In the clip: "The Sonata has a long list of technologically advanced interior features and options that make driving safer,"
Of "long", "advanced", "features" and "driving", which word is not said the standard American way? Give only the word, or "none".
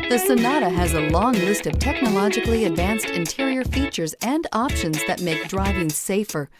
none